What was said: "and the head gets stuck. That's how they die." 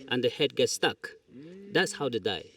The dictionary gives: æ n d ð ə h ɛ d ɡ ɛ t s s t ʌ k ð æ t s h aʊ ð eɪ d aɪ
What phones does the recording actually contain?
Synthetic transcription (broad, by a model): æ n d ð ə h ɛ d ɡ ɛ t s s t ʌ k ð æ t s h aʊ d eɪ d aɪ